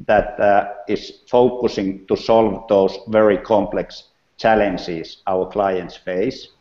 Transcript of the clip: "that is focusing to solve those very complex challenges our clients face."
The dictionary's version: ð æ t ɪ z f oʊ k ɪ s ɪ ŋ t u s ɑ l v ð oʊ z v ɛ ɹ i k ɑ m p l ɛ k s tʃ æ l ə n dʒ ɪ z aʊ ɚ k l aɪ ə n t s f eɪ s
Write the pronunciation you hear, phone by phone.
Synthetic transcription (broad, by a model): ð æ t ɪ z f oʊ k ɪ s ɪ ŋ t u s ɑ l v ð oʊ s v ɛ ɹ i k ɑ m p l ɛ k s tʃ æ l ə n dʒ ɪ s aʊ ɚ k l aɪ ə n t s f eɪ s